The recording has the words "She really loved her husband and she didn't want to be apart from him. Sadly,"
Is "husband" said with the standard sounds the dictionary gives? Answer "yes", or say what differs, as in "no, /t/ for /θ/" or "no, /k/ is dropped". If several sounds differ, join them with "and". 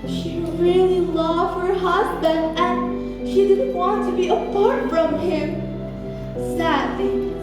yes